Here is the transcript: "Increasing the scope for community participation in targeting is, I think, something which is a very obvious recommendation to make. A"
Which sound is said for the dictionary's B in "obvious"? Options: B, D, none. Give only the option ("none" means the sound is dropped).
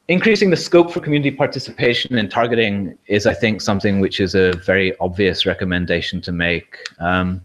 B